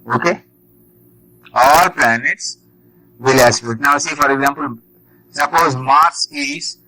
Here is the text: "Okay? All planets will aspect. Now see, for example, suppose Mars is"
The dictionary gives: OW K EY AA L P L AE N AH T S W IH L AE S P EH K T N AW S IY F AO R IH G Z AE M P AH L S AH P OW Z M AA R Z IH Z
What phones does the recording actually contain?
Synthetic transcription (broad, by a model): OW K EY AA L P L AE N AH T S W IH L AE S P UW T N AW S IY F AO R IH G Z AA M P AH L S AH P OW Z M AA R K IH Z